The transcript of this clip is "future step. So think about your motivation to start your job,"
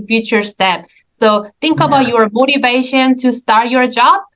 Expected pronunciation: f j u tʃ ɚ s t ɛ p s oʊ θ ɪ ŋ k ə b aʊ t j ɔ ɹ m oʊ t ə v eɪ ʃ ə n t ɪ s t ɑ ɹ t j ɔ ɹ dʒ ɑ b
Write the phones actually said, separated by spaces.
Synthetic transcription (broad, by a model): f j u tʃ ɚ s t ɛ p s oʊ θ ɪ ŋ k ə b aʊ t j ɔ ɹ m oʊ t ə v eɪ ʃ ə n t ɪ s t ɑ ɹ t j ɔ ɹ dʒ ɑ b